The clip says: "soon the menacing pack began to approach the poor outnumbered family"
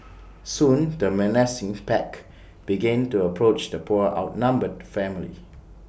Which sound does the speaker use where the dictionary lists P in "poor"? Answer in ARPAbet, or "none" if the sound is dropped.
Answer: P